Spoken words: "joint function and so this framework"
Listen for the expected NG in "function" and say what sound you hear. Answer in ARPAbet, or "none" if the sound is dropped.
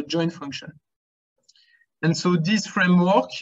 NG